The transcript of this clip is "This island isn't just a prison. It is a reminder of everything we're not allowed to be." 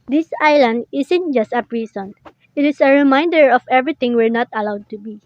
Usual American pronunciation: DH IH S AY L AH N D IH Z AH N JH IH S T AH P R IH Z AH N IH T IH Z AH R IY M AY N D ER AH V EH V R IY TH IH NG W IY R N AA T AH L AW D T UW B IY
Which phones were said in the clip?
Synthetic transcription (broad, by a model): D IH S AY L AH N D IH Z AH N JH IH S T AH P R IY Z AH N IH T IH S AH R IY M AY N D ER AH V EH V R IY T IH NG W IY R N AA T AH L AW D T UW B IY